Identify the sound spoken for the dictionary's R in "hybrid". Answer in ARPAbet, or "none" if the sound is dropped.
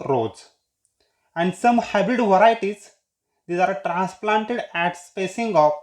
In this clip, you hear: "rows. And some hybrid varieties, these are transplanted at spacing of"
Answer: none